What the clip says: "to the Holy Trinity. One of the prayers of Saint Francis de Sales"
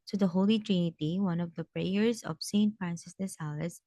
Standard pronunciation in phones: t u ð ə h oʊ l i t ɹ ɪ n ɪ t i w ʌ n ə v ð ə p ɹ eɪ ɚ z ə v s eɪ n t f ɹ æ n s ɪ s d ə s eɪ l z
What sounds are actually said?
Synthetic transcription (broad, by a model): t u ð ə h oʊ l i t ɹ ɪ n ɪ t i w ʌ n ə v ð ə p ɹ eɪ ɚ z ə v s eɪ n t f ɹ æ n s ɪ s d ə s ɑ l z